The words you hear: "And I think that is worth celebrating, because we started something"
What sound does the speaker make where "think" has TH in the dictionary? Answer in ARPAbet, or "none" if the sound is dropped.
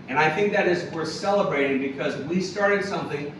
TH